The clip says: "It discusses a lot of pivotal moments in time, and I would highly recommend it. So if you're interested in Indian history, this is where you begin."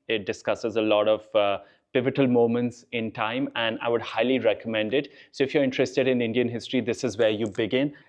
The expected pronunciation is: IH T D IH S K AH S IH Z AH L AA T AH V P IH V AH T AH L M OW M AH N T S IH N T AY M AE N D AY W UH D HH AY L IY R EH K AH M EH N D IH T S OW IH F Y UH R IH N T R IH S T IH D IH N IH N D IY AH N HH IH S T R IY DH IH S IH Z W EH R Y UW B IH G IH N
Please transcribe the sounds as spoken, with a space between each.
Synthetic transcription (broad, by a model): IH T D IH S K AH S IH Z AH L AA T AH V P IH V AH T AH L M OW M AH N T S IH N T AY M AE N D AY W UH D HH AY L IY R EH K AH M EH N D IH T S OW IH F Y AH R IH N T R IH S T IH D IH N IH N D IY AH N HH IH S T R IY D IH S IH Z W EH R Y UW B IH G IH N